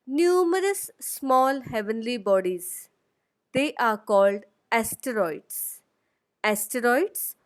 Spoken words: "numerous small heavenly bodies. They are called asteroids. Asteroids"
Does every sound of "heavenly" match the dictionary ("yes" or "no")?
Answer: yes